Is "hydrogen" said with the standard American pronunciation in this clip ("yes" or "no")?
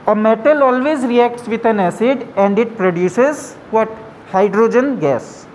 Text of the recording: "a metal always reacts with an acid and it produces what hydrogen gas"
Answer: yes